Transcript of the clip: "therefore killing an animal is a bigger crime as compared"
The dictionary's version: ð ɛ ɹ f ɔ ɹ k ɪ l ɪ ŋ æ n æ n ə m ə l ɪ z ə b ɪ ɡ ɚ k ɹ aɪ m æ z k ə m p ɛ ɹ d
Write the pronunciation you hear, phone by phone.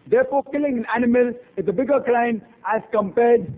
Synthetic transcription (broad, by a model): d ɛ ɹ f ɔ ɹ k ɪ l ɪ ŋ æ n æ n ə m ə l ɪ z ə b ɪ ɡ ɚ k l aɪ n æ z k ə m p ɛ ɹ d